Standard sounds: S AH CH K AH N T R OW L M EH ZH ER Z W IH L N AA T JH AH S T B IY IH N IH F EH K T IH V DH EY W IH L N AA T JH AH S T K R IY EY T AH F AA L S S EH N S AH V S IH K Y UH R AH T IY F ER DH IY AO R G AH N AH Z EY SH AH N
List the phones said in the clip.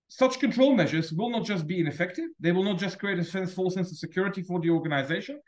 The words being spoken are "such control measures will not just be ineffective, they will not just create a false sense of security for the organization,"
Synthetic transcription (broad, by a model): S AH CH K AH N T R OW L M EH ZH ER Z W IH L N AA T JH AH S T B IY IH N IH F EH K T IH V DH EY W IH L N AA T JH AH S K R IY EY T AH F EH N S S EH N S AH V S IH K Y UH R AH T IY F ER DH IY AO R G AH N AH Z EY SH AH N